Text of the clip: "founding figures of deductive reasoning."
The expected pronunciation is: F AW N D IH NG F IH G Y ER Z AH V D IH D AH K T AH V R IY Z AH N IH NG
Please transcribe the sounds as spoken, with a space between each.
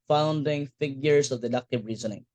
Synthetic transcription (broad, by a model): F AW N D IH NG F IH G Y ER S AH V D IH D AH K T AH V R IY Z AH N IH NG